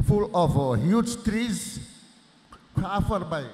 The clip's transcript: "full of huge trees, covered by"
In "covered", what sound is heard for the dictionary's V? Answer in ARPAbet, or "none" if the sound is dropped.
F